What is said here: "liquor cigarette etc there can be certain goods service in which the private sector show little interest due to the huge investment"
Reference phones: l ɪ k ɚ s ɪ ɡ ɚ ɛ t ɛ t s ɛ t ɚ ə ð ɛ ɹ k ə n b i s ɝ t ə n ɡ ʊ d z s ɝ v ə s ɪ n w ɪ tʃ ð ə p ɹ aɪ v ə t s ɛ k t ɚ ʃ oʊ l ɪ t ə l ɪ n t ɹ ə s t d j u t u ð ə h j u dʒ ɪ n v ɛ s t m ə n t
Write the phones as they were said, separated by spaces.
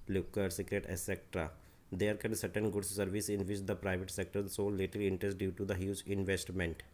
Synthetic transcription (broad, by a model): l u k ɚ s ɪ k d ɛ t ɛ s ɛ t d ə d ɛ ɹ k ə n s ɝ t ə n ɡ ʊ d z s ɝ v ə s ɪ n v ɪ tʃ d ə p ɹ aɪ v ə t s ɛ k t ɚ s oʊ l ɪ t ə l ɪ n t ɹ ə s t d j u t u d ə h j u dʒ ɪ n v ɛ s t m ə n t